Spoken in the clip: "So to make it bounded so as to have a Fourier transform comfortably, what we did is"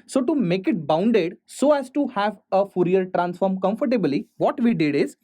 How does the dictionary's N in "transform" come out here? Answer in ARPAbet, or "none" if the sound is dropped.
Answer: N